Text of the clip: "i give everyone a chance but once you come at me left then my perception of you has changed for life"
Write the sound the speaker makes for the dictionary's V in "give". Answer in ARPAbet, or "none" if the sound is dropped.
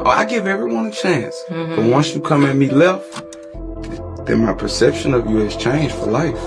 V